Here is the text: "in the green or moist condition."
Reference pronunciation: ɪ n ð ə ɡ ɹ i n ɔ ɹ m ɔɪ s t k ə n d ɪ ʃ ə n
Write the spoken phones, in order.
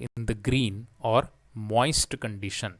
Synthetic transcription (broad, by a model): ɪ n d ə ɡ ɹ i n ɔ ɹ m ɔɪ s t k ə n d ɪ ʃ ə n